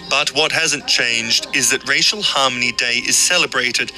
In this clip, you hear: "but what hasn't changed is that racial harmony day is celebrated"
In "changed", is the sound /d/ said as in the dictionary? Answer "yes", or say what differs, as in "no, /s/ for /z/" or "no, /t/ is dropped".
yes